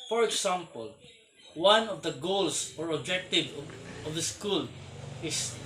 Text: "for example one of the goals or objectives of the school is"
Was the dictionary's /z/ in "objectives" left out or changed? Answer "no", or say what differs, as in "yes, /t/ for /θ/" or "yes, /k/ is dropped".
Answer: yes, /z/ is dropped